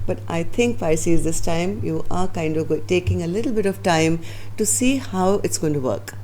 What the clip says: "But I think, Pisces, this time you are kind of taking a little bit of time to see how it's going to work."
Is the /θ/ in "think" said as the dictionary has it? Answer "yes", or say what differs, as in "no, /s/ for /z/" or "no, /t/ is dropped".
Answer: no, /t/ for /θ/